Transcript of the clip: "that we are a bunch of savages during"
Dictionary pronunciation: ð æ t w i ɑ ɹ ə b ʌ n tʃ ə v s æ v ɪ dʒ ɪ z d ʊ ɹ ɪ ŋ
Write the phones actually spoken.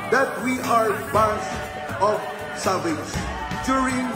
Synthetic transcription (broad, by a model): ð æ t w i ɑ ɹ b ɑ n s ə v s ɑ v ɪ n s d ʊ ɹ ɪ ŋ